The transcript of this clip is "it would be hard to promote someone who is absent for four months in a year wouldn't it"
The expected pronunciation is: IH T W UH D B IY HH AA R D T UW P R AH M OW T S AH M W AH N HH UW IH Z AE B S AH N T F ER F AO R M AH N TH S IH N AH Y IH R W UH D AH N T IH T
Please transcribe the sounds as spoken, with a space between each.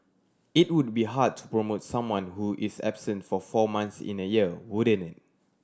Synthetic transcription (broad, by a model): IH T W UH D B IY HH AA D T UW P R AH M OW T S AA M W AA N HH UW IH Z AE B S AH N T F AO F AO M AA N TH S IH N AH Y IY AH W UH D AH N IH T